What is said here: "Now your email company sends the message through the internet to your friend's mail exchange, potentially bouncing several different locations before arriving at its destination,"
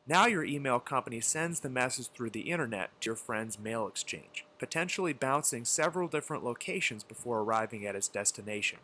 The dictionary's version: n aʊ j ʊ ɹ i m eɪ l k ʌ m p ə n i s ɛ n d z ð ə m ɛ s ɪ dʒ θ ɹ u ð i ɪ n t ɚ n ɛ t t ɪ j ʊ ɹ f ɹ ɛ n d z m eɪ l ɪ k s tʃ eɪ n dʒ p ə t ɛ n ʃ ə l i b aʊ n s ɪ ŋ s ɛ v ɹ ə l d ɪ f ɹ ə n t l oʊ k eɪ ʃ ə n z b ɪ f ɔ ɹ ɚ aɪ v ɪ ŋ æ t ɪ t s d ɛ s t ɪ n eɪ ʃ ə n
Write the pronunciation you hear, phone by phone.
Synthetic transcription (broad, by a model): n aʊ j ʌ ɹ i m eɪ l k ʌ m p ə n i s ɛ n d z ð ə m ɛ s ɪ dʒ θ ɹ u ð i ɪ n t ɚ n ɛ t t ɪ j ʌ ɹ f ɹ ɛ n d z m eɪ l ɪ k s tʃ eɪ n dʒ p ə t ɛ n ʃ l i b aʊ n s ɪ ŋ s ɛ v ɹ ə l d ɪ f ɹ ə n t l oʊ k eɪ ʃ ə n z b ɪ f ɔ ɹ ɚ aɪ v ɪ ŋ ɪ t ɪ t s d ɛ s t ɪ n eɪ ʃ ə n